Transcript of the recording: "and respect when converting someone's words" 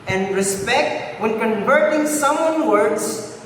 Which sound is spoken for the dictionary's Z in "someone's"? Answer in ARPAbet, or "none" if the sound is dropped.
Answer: none